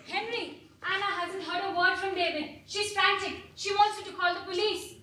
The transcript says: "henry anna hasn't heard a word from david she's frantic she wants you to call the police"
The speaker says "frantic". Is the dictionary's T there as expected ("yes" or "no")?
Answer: no